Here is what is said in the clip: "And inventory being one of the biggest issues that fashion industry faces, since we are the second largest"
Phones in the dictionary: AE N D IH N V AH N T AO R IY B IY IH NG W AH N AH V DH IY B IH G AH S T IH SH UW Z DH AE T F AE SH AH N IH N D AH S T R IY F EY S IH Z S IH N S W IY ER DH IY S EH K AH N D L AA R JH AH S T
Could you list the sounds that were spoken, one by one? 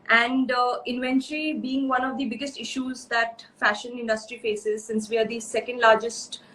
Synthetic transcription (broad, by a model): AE N D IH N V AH N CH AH L IY B IY IH NG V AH N AH V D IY B IH G AH S T IH SH UW Z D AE T F AE SH AH N IH N D AH S T R IY F EY S IH Z S IH N S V IY ER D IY S EH K AH N D L AA R JH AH S T